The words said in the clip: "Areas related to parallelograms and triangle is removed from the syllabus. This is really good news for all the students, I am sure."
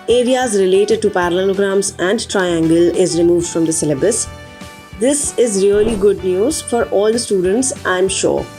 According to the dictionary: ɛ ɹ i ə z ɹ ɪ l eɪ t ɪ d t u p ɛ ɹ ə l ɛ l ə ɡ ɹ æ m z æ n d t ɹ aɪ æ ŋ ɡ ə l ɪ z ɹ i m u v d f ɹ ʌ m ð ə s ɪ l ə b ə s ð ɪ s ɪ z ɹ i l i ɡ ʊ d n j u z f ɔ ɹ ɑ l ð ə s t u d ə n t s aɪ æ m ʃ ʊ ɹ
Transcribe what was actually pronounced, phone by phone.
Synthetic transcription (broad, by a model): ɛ ɹ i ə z ɹ ɪ l eɪ t ɪ d t u p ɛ ɹ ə l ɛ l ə ɡ ɹ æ m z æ n d t ɹ aɪ æ ŋ ɡ ə l ɪ z ɹ i m u v d f ɹ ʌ m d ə s ɪ l ə b ə s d ɪ s ɪ z ɹ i l i ɡ ʊ d n j u z f ɔ ɹ ɑ l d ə s t u d ə n t s aɪ m ʃ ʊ ɹ